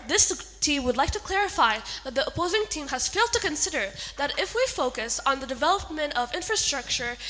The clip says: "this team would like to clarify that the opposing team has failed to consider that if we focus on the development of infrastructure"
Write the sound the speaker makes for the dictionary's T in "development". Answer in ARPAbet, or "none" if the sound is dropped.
T